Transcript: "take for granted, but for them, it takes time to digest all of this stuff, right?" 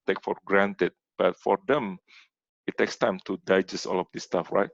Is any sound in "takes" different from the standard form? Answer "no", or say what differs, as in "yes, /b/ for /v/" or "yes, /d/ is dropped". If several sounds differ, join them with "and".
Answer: no